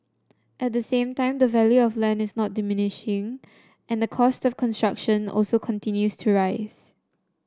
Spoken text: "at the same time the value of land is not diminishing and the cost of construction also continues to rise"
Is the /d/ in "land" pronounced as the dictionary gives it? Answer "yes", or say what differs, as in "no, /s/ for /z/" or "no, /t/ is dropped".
no, /d/ is dropped